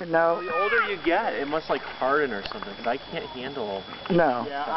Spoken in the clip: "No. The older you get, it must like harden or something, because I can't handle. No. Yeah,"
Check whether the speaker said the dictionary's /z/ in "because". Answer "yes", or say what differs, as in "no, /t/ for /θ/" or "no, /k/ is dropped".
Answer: no, /z/ is dropped